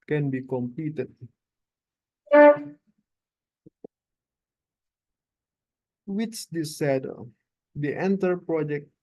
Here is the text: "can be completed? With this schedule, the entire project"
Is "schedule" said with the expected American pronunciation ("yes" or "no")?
no